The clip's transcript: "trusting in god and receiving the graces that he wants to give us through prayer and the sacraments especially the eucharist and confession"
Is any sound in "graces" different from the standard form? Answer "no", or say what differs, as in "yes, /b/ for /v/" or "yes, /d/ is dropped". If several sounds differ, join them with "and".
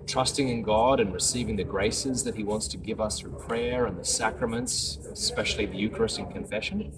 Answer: no